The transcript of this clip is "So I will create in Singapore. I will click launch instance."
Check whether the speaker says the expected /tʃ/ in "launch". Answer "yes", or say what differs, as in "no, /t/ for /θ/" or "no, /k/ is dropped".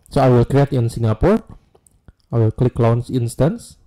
no, /s/ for /tʃ/